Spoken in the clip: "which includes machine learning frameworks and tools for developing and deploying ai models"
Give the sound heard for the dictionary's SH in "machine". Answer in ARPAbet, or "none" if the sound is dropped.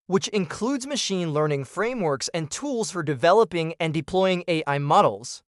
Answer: SH